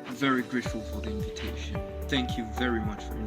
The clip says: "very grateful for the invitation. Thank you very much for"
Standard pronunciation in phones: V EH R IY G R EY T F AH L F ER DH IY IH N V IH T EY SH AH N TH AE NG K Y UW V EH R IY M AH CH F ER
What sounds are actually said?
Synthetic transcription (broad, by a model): V EH R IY G R EY T F AH L F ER DH IY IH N V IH T EY SH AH N TH AE NG K Y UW V EH R IY M AH CH F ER